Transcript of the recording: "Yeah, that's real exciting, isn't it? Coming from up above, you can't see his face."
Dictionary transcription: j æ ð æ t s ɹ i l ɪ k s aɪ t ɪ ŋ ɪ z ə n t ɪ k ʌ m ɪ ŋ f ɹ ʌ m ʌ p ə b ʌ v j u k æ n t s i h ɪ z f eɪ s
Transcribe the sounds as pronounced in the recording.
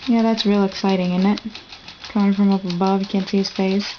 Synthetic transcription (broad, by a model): j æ ð æ t s ɹ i l ɪ k s aɪ t ɪ ŋ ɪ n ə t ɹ ɪ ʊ ɪ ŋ f ɹ ʌ m ʌ p ə b ʌ v j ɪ k æ n t s i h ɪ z f eɪ s